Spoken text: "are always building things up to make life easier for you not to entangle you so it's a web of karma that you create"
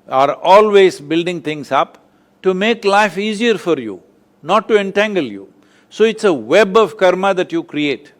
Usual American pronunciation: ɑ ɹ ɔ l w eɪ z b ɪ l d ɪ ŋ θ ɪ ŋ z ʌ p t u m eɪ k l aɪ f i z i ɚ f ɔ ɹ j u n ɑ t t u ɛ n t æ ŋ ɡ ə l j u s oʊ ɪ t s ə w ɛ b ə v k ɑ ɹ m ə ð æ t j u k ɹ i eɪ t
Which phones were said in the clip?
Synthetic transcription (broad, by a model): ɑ ɹ ɔ l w eɪ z b ɪ l d ɪ ŋ t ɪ ŋ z ʌ p t u m eɪ k l aɪ f i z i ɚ f ɔ ɹ j u n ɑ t t u ɛ n t æ ŋ ɡ ə l j u s oʊ ɪ t s ə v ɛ b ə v k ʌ ɹ m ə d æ t j u k ɹ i eɪ t